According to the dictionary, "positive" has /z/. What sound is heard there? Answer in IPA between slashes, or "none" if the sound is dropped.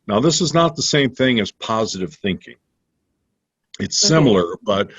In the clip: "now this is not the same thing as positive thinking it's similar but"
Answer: /z/